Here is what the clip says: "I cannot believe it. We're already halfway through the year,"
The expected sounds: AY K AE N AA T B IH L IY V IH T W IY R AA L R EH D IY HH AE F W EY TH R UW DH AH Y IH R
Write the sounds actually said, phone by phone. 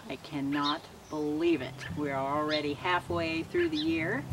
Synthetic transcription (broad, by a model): AY K AE N AA T B IH L IY V IH T W IY R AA L R EH D IY HH AE F W EY TH R UW DH AH Y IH R